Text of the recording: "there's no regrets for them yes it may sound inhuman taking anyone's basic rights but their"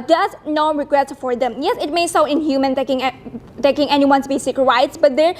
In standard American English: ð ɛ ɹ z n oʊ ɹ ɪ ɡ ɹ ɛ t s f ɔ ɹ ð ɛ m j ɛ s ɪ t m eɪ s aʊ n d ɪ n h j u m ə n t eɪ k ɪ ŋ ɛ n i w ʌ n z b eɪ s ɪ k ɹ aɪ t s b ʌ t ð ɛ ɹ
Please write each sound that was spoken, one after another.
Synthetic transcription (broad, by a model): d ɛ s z n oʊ ɹ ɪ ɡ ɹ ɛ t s f ɔ ɹ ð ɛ m j ɛ s ɪ t m eɪ s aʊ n ɪ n h j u m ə n t eɪ k ɪ ŋ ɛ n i w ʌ n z b eɪ s ɪ k ɹ aɪ t s b ʌ t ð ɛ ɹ